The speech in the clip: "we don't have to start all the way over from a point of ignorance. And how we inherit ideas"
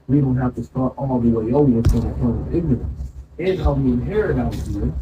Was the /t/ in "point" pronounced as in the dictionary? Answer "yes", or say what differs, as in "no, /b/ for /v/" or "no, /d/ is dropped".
no, /t/ is dropped